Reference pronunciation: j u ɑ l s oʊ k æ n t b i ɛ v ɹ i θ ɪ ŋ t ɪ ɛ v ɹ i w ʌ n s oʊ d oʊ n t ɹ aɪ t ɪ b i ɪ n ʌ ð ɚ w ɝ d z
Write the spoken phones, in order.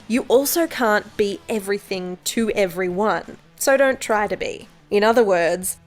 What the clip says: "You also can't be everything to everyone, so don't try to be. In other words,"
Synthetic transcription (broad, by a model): j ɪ ɑ l s oʊ k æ n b i ɛ v ɹ i θ ɪ ŋ t ɪ ɛ v ɹ i w ʌ n s oʊ d oʊ n t ɹ aɪ t ɪ b i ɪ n ʌ ð ɚ w ɝ d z